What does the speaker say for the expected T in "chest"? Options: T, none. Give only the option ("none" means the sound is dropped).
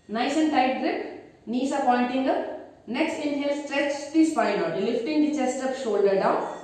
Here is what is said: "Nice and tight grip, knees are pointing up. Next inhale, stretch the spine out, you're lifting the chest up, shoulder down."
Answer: T